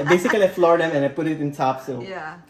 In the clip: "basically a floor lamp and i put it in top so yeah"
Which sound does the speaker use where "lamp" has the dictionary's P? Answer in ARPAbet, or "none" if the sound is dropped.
none